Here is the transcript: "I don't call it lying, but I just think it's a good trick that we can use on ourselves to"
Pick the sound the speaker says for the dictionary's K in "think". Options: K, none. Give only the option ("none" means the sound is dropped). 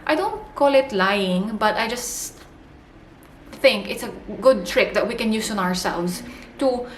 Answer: K